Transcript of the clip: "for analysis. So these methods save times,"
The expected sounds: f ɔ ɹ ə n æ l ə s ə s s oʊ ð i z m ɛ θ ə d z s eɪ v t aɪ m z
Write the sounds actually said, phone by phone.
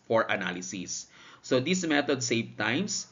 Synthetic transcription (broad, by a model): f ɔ ɹ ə n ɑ l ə s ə s s oʊ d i s m ɛ t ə d s eɪ v t aɪ m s